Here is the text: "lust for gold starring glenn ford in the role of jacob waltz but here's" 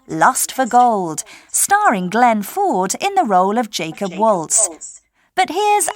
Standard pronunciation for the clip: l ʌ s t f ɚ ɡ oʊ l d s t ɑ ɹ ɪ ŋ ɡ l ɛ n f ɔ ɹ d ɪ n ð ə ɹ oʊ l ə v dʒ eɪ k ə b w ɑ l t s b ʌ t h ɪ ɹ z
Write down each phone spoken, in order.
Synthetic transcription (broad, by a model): l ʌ s t f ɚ ɡ oʊ l d s t ɑ ɹ ɪ ŋ ɡ l ɛ n f ɔ ɹ d ɪ n ð ə ɹ oʊ l ə v dʒ eɪ k ə b w ɑ l t s b ʌ t h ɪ ɹ z